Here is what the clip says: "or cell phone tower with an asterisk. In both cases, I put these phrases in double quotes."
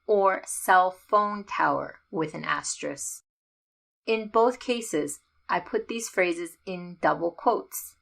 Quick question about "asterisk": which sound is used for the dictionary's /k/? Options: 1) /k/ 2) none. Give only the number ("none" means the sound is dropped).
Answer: 2